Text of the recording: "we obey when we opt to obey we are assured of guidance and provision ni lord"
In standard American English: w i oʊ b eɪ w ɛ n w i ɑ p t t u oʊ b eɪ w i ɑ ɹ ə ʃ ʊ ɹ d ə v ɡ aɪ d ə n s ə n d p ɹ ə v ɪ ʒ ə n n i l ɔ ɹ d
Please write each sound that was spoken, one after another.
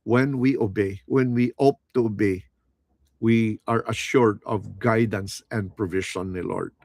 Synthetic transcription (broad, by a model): w i oʊ b eɪ w ɛ n w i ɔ p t t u oʊ b eɪ w i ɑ ɹ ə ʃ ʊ ɹ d ə v ɡ aɪ d ə n s ə n d p ɹ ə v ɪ ʃ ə n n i l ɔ ɹ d